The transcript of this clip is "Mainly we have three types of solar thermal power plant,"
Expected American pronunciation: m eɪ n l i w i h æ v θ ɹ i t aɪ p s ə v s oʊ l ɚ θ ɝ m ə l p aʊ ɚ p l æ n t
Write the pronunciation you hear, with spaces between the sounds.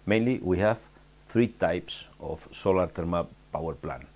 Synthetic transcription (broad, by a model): m eɪ n l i w i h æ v θ ɹ i t aɪ p s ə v s oʊ l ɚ t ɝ m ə p aʊ ɚ p l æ n